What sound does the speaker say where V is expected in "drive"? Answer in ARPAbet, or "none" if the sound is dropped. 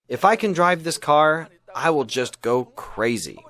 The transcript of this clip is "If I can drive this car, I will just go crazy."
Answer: V